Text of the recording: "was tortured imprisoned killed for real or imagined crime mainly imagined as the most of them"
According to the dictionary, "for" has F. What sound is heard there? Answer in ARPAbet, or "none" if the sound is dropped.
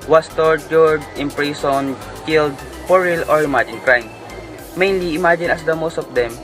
P